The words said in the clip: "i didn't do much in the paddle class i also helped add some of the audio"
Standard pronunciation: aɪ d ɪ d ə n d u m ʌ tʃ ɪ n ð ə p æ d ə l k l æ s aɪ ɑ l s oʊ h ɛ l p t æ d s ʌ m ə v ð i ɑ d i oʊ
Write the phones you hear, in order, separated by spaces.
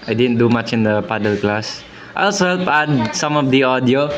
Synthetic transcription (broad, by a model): aɪ d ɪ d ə n d u m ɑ tʃ ɪ n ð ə p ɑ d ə l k l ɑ s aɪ ɑ l s oʊ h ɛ l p ɑ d s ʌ m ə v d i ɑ d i oʊ